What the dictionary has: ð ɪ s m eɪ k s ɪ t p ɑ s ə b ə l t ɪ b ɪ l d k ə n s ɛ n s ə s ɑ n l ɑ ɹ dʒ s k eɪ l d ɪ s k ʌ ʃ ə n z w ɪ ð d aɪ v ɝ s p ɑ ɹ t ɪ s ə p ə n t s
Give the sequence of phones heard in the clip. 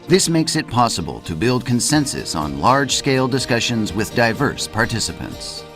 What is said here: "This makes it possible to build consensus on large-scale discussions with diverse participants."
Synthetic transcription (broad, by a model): ð ɪ s m eɪ k s ɪ t p ɑ s ə b ə l t ɪ b ɪ l d k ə n s ɛ n s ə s n l ɑ ɹ dʒ s k eɪ l d ɪ s k ʌ ʃ ə n z w ɪ ð d aɪ v ɝ s p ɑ ɹ t ɪ s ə p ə n t s